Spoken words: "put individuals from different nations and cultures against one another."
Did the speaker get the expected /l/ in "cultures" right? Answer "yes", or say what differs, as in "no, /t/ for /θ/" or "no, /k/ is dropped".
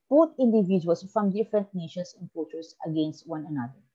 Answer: no, /l/ is dropped